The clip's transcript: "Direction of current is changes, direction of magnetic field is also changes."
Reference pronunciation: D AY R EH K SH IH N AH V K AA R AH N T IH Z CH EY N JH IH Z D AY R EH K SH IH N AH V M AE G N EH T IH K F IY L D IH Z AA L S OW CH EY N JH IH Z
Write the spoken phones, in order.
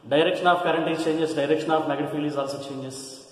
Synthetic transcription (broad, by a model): D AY R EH K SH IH N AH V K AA R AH N T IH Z CH EY N JH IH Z D AY R EH K SH IH N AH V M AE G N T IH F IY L IH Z AA L S OW CH EY N JH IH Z